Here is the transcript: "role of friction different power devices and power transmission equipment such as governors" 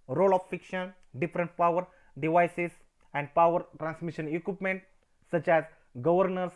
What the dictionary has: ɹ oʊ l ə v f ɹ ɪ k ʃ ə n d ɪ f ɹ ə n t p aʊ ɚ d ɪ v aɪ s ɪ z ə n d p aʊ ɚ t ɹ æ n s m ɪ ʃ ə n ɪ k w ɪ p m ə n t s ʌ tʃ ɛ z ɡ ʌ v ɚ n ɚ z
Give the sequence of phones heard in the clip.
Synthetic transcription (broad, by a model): ɹ oʊ l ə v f ɪ k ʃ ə n d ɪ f ɹ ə n t p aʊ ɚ d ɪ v aɪ s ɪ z ə n d p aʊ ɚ t ɹ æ n s m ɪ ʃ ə n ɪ k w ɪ p m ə n t s ʌ tʃ ɛ z ɡ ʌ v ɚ n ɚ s